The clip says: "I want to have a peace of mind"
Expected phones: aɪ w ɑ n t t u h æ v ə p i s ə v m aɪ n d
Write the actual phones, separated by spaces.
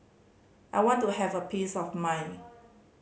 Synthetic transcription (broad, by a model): aɪ w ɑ n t t u h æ v ə p i s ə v m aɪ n